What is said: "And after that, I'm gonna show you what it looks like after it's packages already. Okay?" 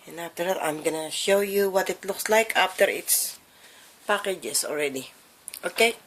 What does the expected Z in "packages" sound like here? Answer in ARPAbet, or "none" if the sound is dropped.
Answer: S